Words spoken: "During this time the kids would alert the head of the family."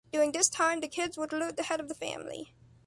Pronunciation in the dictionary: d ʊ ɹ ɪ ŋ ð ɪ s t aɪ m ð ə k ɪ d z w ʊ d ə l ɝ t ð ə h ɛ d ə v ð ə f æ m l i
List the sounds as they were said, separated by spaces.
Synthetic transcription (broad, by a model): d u ɪ ŋ ð ɪ s t aɪ m ð ə k ɪ d z w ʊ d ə l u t ð ə h ɛ d ə v ð ə f æ m l i